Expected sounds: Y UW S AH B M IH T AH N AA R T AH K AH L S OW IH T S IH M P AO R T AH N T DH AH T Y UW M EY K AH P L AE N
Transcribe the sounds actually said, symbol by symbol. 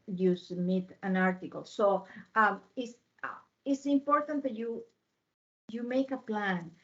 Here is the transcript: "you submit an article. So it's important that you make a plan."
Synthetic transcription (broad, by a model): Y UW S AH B M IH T AH N AA R T AH K AH L S OW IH S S IH M P AO R T AH N T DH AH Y Y UW M EY K AH P L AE N